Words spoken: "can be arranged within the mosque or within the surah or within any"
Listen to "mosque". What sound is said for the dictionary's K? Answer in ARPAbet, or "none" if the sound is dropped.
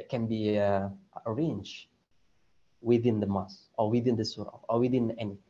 none